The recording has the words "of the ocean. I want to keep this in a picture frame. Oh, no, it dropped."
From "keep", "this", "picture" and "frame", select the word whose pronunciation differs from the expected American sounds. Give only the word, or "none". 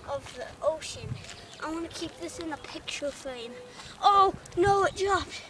frame